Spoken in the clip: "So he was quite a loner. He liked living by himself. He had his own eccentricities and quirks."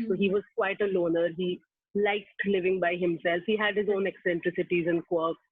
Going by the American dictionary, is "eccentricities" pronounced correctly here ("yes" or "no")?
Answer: yes